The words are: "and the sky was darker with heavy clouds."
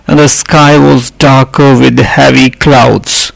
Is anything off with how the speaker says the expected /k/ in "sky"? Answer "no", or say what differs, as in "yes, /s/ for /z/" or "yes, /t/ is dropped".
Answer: no